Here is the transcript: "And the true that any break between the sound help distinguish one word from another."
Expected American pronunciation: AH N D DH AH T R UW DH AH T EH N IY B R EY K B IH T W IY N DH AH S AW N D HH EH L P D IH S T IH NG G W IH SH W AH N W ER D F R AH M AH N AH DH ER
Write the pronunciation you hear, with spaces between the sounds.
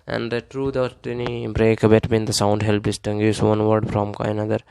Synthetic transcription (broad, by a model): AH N D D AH T R UW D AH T EH N IY B R EY K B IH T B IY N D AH S AW N D HH EH L P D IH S T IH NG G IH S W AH N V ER D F R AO M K N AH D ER